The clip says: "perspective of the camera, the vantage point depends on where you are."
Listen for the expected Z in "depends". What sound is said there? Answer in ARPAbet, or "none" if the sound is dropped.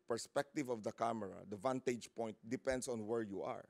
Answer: S